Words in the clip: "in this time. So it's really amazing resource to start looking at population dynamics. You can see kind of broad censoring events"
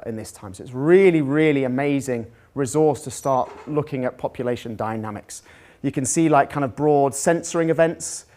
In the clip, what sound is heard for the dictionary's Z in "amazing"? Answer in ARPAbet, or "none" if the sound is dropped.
Z